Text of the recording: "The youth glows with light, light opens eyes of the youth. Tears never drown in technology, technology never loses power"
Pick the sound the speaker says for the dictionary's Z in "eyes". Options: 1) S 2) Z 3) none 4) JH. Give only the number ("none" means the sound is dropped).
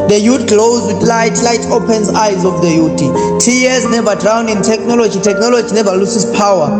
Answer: 2